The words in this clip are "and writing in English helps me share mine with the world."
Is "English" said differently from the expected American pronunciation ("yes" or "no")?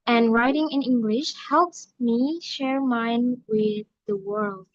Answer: no